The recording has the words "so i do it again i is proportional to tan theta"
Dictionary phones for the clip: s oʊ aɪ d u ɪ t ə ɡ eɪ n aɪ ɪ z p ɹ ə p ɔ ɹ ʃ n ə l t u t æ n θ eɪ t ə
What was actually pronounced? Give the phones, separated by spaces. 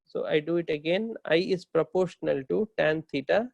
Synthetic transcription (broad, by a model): s oʊ aɪ d u ɪ t ə ɡ eɪ n aɪ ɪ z p ɹ ə p ɔ ɹ ʃ n ə l t u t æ n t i t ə